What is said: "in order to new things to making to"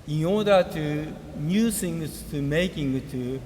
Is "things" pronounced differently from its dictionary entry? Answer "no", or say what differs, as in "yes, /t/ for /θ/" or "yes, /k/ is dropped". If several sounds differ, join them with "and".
yes, /s/ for /θ/